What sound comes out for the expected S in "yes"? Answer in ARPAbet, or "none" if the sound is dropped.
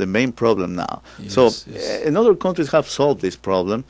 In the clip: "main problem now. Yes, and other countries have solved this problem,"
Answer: none